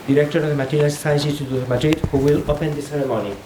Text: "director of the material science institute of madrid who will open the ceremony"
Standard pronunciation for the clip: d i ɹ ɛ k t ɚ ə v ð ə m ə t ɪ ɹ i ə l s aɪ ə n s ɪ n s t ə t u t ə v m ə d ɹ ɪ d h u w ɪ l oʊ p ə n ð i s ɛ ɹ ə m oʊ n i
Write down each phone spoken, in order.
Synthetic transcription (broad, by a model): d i ɹ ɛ k t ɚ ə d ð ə m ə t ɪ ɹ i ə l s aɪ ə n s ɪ s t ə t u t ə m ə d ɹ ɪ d h u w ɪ l oʊ p ə n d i s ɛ ɹ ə m oʊ n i